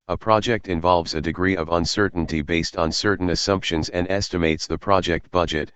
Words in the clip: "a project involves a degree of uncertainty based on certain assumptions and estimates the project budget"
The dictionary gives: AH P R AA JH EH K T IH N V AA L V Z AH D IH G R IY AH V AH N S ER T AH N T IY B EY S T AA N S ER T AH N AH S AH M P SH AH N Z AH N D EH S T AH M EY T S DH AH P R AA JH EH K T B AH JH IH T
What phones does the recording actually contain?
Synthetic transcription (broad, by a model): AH P R AA JH EH K T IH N V AA L V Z AH D IH G R IY AH V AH N S ER T N T IY B EY S T N S ER T N AH S AH M P SH AH N Z AH N D EH S T AH M EY T S DH AH P R AA JH EH K T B AH JH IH T